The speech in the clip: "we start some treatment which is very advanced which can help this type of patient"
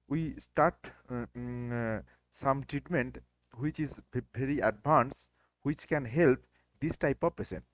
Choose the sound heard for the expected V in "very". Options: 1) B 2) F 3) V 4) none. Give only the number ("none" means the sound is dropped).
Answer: 1